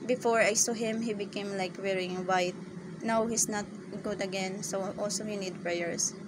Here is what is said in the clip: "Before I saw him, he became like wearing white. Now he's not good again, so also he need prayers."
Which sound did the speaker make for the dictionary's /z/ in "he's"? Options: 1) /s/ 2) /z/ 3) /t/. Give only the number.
1